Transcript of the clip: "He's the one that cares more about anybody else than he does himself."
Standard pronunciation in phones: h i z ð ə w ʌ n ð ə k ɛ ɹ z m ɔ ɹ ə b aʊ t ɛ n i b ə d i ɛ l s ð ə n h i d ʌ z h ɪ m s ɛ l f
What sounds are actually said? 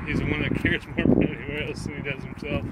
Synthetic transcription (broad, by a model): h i z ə w ʌ n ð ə k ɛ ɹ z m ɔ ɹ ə i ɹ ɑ i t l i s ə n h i d ʌ z h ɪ m s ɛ l f